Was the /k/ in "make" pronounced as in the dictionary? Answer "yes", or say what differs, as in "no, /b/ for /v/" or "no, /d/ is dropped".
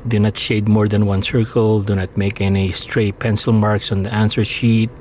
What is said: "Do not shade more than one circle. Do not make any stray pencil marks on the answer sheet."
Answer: yes